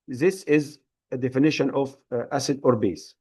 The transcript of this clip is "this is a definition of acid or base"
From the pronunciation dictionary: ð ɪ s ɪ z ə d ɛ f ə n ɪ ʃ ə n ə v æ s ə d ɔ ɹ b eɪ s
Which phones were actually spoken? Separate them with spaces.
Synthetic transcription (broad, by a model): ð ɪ s ɪ z ə d ɛ f ə n ɪ ʃ ə n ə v æ s ə d ɔ ɹ b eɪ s